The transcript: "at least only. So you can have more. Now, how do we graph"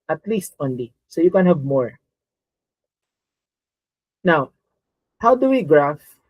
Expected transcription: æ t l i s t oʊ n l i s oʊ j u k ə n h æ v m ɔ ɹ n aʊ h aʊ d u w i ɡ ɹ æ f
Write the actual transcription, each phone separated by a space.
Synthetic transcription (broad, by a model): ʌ t l i s t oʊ n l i s oʊ j u k ə n h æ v m ɔ ɹ n aʊ h aʊ d u w i ɡ ɹ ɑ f